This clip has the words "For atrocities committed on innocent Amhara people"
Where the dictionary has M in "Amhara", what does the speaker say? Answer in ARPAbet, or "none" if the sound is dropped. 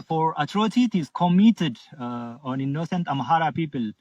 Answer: M